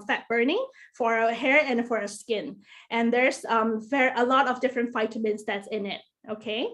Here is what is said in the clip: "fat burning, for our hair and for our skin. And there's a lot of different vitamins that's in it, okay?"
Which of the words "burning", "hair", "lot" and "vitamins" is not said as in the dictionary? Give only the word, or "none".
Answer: vitamins